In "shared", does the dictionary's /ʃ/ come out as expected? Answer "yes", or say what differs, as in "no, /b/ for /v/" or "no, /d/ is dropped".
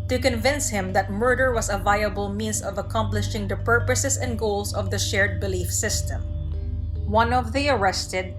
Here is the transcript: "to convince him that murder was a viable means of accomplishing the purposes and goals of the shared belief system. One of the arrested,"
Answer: yes